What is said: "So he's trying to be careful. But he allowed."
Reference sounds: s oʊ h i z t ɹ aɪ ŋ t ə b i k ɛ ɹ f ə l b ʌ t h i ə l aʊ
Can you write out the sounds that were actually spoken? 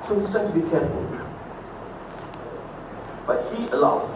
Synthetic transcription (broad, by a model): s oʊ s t aɪ t ə b i k ɛ ɹ f ə l b ʌ t h i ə l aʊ